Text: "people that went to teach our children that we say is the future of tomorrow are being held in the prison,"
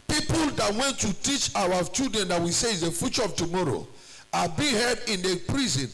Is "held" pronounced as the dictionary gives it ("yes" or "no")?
no